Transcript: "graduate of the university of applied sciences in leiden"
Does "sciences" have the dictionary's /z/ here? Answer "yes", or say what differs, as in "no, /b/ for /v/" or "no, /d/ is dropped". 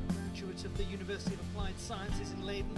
yes